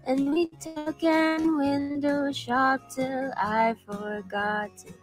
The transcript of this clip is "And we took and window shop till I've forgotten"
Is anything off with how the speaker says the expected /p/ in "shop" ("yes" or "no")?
no